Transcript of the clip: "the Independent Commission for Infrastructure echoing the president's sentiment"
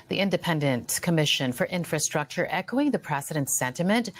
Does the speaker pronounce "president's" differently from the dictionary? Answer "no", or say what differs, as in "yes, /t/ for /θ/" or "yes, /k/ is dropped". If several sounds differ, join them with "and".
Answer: yes, /s/ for /z/